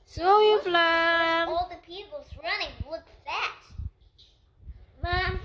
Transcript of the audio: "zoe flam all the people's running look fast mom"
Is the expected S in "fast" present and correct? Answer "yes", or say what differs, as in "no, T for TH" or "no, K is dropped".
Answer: no, S is dropped